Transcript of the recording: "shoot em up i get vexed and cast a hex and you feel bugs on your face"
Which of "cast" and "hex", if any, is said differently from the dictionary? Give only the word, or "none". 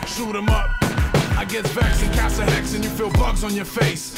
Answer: cast